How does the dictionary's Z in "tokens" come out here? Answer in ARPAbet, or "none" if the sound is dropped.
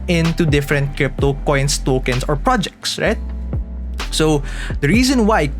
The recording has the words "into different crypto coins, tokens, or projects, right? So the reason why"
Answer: S